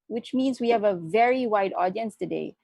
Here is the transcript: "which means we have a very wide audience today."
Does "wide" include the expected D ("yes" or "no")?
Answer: yes